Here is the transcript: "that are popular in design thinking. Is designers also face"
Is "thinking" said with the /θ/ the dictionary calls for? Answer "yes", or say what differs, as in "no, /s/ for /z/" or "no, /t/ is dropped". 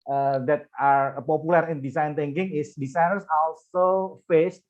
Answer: no, /t/ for /θ/